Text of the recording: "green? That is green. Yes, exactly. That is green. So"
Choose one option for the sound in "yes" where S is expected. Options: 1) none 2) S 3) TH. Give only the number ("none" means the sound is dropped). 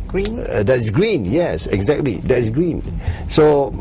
2